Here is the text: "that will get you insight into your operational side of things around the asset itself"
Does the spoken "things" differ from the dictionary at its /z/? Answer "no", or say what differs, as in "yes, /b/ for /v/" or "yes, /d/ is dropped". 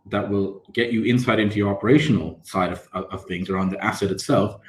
no